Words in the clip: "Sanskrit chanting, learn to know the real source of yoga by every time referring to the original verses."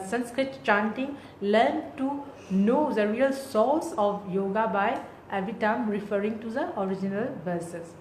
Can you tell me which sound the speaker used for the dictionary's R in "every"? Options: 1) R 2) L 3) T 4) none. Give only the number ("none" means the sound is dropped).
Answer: 4